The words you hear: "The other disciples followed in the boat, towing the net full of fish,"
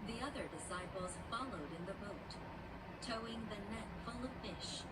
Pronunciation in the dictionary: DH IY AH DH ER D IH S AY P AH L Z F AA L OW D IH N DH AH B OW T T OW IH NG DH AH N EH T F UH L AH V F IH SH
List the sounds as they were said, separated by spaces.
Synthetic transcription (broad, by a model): DH IY AH DH ER D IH S AY P L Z F AA L OW D IH N DH AH B OW T T OW IH NG DH AH N EH T F UH L AH V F IH SH